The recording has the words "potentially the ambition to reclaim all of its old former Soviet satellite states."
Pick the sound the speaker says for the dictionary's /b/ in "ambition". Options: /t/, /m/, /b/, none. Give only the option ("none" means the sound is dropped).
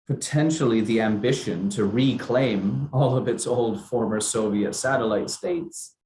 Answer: /b/